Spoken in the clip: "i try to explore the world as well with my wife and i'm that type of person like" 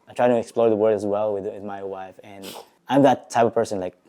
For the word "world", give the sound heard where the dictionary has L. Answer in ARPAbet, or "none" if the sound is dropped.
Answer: none